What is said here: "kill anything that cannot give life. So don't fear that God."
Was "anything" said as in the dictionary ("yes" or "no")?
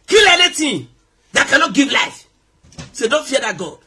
no